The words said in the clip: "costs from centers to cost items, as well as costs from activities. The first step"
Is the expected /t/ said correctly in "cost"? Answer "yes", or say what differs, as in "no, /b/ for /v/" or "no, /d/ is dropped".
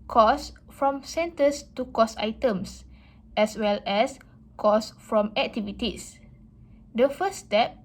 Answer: no, /t/ is dropped